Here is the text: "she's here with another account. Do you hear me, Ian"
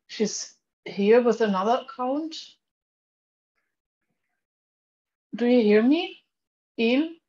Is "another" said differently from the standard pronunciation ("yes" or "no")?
no